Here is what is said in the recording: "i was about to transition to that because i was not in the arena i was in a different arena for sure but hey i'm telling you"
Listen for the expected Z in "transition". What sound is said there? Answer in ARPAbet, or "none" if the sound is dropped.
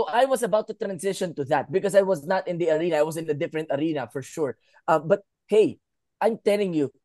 S